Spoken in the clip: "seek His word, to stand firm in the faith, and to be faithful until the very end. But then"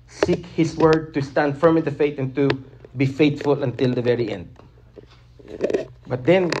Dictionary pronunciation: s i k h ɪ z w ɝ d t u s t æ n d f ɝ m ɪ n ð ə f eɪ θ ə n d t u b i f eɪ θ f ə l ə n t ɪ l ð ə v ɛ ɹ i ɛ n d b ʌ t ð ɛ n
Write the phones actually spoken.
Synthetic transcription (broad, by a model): s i k h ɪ s w ɝ d t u s t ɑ n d f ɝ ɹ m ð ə f eɪ t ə n t u b i f eɪ t f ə l ə n t ɪ l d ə v ɛ ɹ i ɛ n d b ʌ t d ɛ n